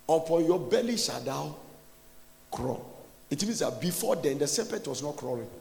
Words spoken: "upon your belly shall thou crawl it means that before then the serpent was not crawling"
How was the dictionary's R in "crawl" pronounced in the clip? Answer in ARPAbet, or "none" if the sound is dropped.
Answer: R